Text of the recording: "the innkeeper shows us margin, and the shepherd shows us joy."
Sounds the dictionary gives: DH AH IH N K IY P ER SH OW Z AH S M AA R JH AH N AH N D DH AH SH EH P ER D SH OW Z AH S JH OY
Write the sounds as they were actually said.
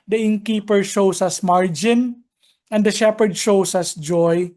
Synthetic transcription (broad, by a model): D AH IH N K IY P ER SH OW S AH S M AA R JH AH N AH N D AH SH EH P ER D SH OW S AH S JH OY